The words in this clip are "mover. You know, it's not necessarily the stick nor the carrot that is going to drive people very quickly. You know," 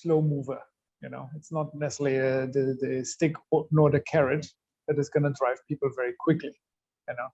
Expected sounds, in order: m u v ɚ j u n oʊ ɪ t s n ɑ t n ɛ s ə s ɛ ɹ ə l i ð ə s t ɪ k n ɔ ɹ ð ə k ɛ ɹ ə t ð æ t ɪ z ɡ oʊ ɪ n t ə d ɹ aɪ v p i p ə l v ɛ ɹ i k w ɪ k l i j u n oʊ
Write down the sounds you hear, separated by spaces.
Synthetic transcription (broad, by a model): m u v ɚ j u n oʊ ɪ t s n ɑ t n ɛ s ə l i ə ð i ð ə s t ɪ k n ɔ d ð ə k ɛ ɹ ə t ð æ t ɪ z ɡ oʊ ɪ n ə d ɹ aɪ v p i p ə l v ɛ ɹ i k w ɪ k l i j u n oʊ